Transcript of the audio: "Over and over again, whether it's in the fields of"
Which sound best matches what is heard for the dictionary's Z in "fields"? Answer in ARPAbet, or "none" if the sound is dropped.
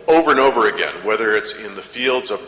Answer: Z